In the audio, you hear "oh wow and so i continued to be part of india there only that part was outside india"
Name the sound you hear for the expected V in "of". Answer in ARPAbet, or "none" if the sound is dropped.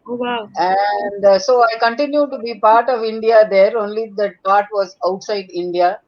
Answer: V